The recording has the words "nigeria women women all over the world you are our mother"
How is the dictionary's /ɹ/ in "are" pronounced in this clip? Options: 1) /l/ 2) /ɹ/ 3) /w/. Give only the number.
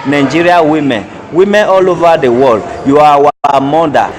3